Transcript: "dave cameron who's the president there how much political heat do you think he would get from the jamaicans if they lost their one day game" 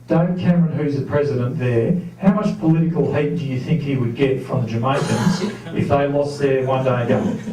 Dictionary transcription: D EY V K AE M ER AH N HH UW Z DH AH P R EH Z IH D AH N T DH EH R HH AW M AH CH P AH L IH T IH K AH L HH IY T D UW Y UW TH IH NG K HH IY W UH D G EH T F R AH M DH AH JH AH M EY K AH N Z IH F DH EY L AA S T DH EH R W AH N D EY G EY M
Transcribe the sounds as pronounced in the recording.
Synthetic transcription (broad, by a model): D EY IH K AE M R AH N HH UW Z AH P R EH Z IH D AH N DH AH R HH AW M AH CH P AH L IH T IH K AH L HH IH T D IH Y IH TH IH NG K HH IY W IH D G EH T F R AH M DH AH JH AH M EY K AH N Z IH F DH EY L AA S DH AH R W AH N D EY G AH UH